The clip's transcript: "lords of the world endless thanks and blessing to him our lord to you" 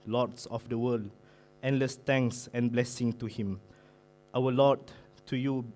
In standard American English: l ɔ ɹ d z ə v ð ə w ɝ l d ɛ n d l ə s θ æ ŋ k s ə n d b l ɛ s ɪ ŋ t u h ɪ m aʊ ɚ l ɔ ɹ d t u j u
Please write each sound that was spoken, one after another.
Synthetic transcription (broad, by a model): l ɔ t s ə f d ə w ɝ l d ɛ n l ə s t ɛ ŋ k s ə n b l ɛ s ɪ ŋ t u h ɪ m aʊ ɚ l ɔ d t u j u